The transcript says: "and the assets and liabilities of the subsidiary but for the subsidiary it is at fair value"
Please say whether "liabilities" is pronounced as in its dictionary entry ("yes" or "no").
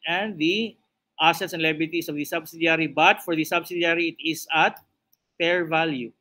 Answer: no